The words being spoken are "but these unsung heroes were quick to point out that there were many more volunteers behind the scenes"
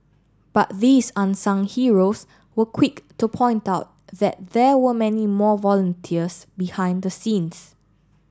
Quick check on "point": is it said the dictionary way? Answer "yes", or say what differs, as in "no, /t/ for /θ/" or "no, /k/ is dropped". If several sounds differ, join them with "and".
yes